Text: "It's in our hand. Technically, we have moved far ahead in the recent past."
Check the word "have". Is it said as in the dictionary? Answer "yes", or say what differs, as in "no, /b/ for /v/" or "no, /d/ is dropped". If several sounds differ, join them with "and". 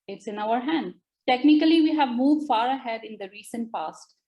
yes